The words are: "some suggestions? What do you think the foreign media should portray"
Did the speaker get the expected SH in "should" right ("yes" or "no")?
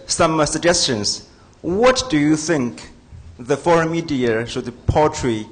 no